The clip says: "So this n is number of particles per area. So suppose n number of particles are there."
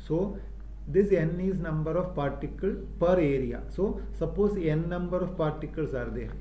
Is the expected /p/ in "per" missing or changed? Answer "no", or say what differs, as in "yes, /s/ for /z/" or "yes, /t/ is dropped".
no